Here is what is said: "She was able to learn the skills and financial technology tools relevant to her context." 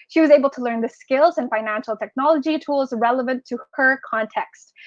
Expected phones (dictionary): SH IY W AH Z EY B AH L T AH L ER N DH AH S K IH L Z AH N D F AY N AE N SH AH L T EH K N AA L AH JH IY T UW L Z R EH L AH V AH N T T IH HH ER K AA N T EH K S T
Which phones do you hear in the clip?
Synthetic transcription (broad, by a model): SH IY W AH Z EY B L T AH L ER N DH AH S K IH L Z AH N F AY N AE N SH L T EH K N AA L AH JH IY T UW L Z R EH L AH V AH N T T IH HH ER K AA N T EH K S T